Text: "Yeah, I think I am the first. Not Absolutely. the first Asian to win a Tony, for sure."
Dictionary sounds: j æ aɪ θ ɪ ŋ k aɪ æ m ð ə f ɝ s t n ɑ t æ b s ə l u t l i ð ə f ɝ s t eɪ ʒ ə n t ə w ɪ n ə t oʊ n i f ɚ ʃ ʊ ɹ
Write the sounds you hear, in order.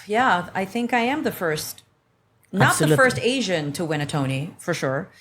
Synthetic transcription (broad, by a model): j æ aɪ θ ɪ ŋ k aɪ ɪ m ð ə f ɝ s t n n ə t ð ə f ɝ s t eɪ ʒ ə n t ə w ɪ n ə t oʊ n i f ɚ ʃ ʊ ɹ